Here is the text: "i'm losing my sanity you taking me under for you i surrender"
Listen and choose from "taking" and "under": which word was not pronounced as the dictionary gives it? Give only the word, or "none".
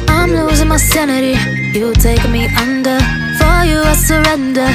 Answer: taking